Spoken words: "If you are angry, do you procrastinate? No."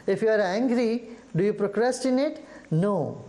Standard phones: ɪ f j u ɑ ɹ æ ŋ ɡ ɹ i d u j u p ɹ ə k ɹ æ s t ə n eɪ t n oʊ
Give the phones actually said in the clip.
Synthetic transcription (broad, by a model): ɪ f j u ɑ ɹ æ ŋ ɡ ɹ i d u j u p ɹ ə k ɹ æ s t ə n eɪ t n oʊ